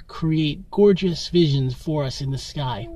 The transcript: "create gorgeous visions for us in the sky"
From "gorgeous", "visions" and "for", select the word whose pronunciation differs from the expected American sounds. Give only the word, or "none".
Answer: none